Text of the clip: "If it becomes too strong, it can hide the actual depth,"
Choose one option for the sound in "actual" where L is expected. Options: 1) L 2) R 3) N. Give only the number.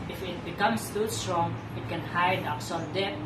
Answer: 3